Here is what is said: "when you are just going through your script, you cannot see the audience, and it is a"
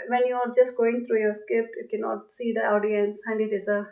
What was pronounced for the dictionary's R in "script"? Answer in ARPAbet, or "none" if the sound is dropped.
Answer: none